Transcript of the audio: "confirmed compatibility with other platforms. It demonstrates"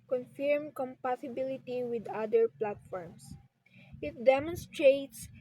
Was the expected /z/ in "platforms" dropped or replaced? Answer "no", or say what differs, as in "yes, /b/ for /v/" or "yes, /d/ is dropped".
yes, /s/ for /z/